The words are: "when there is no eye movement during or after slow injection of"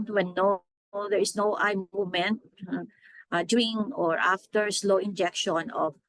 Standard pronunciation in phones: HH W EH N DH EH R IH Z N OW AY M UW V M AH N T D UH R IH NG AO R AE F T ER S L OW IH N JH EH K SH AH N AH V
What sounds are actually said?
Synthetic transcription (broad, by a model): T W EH N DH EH R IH S N OW AY M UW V M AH N T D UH IH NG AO R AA F T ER S L OW IH N JH EH K SH AH N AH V